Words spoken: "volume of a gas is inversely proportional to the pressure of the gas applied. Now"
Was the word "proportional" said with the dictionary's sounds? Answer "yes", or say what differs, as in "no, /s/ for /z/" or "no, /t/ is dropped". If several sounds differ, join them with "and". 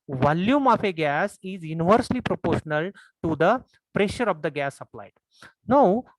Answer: yes